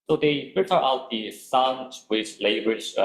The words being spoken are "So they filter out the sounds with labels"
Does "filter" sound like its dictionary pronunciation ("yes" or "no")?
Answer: no